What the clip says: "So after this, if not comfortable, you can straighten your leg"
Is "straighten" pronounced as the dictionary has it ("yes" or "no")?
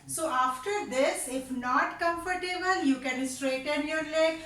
yes